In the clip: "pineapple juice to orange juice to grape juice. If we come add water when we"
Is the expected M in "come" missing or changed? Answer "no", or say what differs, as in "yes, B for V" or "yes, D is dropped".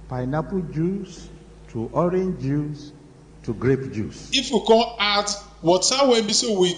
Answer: yes, M is dropped